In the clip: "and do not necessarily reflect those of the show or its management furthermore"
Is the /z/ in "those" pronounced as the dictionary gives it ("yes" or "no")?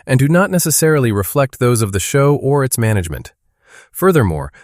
yes